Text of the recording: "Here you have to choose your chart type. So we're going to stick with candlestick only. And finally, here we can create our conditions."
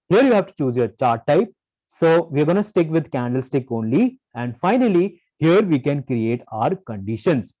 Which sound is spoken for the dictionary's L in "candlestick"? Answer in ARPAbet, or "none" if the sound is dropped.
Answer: L